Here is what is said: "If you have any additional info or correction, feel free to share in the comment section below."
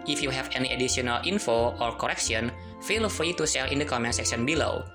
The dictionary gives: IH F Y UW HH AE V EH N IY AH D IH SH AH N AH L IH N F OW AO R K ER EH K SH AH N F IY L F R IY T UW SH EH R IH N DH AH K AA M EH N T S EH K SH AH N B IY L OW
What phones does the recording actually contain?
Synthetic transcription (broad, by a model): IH F Y UW HH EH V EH N IY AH D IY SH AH N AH L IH N F OW AO R K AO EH K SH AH N F IY L F R IY T UW S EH L IH N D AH K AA M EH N S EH K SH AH N B IY L OW